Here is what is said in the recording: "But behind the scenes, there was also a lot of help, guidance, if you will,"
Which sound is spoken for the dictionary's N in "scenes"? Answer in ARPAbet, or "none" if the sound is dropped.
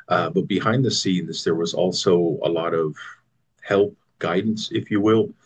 N